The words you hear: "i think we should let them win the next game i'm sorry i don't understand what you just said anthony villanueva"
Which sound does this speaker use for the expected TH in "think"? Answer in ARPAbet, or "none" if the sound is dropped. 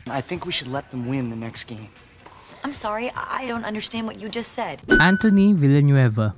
TH